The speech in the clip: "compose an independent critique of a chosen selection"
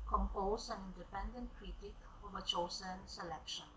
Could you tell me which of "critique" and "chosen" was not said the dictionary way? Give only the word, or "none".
chosen